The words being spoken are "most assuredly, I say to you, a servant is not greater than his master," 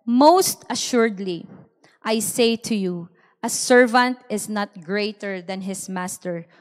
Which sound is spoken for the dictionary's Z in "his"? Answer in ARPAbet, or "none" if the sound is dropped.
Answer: S